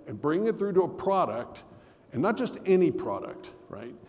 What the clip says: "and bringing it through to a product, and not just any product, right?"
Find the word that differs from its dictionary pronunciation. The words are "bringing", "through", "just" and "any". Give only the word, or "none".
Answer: none